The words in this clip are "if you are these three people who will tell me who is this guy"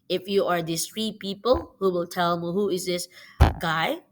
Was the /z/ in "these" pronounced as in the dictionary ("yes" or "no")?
no